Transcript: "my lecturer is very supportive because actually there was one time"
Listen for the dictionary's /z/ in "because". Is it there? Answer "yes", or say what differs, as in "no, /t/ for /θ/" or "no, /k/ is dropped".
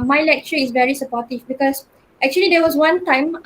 no, /s/ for /z/